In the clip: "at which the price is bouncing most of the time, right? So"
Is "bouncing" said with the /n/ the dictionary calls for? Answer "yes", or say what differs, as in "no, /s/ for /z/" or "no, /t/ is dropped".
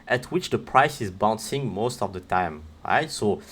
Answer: yes